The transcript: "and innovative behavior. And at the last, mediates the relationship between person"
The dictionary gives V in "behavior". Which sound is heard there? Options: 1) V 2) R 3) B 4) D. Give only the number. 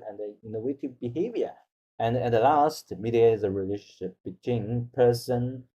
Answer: 1